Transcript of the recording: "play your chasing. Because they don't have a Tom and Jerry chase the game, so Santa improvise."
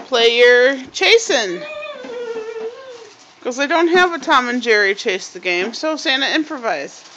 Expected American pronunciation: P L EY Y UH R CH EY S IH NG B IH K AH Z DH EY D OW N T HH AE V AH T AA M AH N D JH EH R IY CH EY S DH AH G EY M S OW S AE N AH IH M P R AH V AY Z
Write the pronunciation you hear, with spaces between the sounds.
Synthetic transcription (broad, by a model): P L EY Y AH R CH EY S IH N K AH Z DH EY D OW N T HH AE V AH T AA M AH N JH EH R IY CH EY S DH AH G EY M S OW S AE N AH IH M P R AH V AY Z